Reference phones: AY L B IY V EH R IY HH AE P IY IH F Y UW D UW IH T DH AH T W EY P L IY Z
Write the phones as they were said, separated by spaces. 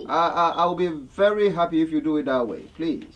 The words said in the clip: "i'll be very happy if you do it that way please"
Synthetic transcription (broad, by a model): AY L B IY V EH R IY HH AE P IY IH F Y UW D UW IH T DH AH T W EY P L IY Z